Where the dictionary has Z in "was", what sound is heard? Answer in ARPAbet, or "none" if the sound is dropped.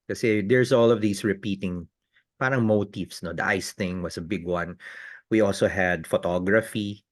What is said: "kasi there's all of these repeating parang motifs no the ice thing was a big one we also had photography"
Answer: S